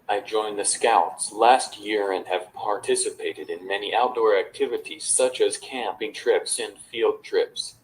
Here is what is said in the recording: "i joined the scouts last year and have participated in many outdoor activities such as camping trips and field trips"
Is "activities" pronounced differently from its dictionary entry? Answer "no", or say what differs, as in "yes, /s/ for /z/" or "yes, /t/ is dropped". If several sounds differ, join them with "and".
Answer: no